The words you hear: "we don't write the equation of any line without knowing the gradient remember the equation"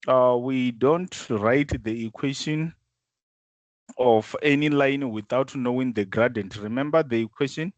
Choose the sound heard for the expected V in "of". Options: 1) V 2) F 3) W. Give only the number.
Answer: 2